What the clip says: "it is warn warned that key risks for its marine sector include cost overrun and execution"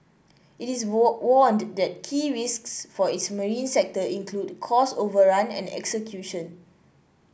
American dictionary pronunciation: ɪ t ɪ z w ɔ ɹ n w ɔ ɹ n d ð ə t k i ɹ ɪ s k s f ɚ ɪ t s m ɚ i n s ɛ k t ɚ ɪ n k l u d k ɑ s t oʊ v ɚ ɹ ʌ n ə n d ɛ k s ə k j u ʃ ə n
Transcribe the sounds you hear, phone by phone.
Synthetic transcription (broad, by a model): ɪ t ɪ s w ɔ n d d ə t k i ɹ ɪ s k s f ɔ ɪ t s m ɚ i n s ɛ k t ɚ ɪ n k l u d k ɑ s oʊ v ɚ ɹ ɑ n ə n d ɛ k s ə k j u ʃ ə n